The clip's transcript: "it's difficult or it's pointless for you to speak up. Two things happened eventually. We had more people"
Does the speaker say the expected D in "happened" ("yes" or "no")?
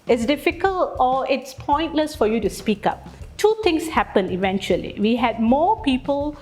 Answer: no